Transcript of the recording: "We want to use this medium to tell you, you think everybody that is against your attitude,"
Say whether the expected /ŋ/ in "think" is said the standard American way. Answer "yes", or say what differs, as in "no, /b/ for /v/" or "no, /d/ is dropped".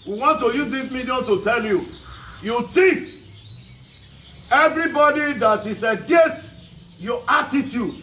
no, /ŋ/ is dropped